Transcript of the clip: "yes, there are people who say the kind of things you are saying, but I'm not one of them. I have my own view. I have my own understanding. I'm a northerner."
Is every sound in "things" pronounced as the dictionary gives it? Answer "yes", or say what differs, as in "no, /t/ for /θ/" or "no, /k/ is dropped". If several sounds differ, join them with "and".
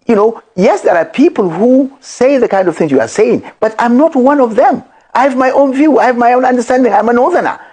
yes